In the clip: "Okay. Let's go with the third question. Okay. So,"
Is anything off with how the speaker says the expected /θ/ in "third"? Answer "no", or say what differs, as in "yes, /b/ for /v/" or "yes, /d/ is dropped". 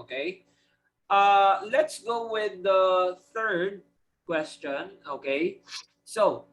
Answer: no